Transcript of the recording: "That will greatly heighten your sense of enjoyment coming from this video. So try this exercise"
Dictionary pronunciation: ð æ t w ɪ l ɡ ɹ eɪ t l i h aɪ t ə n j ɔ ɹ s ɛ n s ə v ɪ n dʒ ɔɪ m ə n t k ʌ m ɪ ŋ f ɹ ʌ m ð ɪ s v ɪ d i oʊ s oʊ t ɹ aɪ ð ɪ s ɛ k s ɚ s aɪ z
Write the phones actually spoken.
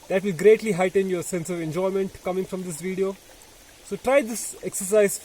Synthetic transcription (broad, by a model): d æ t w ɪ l ɡ ɹ eɪ t l i h aɪ t ə n j ɔ ɹ s ɛ n s ə v ɪ n dʒ ɔɪ m ə n t k ʌ m ɪ ŋ f ɹ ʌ m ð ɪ s v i d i oʊ s oʊ t ɹ aɪ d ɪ s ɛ k s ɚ s aɪ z